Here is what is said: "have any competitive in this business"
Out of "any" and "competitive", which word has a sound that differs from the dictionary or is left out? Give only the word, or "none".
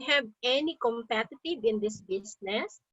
competitive